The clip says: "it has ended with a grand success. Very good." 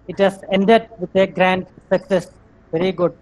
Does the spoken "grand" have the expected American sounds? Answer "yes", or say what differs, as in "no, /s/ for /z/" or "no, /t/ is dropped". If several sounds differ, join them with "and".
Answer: yes